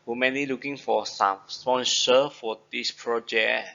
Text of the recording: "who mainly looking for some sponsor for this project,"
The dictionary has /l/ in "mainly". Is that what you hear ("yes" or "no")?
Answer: no